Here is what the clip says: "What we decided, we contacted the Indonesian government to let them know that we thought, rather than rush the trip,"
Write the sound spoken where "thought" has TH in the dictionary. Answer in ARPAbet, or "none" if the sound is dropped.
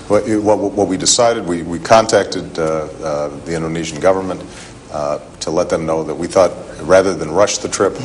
TH